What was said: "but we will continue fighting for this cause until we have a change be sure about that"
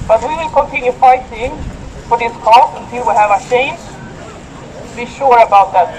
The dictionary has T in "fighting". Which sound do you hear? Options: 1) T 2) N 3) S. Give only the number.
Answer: 3